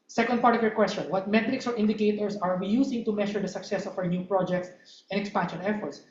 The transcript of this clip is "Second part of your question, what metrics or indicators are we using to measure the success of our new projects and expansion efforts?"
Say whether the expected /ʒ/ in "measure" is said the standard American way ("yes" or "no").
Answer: no